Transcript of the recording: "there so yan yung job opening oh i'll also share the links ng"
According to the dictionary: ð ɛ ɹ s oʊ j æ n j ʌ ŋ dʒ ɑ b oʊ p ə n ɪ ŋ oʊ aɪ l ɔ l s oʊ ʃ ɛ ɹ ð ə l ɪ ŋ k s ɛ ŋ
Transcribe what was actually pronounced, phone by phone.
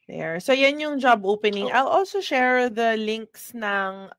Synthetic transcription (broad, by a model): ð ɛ ɹ s oʊ j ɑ n j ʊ ŋ dʒ ɑ b oʊ p ə n ɪ ŋ aɪ l ɔ l s oʊ ʃ ɛ ɹ ð ə l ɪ ŋ k s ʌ ŋ